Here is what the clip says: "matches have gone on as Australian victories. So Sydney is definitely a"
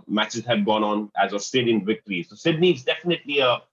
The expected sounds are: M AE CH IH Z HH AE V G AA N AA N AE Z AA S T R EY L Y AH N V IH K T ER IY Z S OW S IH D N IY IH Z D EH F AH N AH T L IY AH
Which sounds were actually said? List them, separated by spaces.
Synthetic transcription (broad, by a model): M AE CH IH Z HH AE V G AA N AA N AE Z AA S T EY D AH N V IH K T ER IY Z S OW S IH D N IY IH Z D EH F AH N AH T L IY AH